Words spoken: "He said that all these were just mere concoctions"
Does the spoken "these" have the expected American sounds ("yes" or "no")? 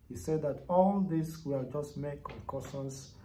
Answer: no